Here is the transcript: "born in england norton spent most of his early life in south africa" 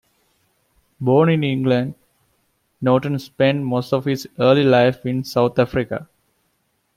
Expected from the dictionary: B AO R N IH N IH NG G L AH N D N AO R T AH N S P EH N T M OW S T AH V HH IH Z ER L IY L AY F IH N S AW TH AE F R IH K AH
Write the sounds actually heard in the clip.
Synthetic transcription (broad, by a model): B AO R N IH N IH NG G L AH N D N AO T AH N S P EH N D M OW S T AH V HH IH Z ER L IY L AY F IH N S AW T AE F R IH K AH